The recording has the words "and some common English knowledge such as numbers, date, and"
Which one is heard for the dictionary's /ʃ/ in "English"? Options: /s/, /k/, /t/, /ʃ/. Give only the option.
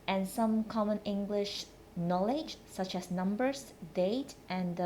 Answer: /ʃ/